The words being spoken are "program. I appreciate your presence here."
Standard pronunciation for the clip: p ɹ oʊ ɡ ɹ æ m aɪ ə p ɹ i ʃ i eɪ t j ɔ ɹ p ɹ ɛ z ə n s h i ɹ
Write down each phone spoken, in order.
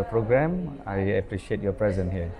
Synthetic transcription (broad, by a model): p ɹ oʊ ɡ ɹ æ m aɪ ə p ɹ i ʃ i eɪ t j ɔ p ɹ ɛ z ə n h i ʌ